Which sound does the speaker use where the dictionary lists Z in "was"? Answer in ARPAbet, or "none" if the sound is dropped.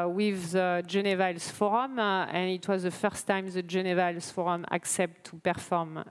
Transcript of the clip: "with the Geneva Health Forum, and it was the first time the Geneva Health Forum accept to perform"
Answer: Z